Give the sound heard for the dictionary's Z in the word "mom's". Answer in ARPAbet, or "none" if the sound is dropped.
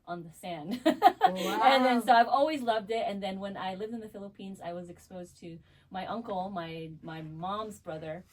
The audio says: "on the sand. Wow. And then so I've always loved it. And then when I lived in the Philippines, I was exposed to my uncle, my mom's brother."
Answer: Z